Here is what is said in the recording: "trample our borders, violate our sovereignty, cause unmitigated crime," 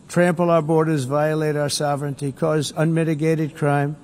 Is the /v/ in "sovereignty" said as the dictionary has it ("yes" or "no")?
yes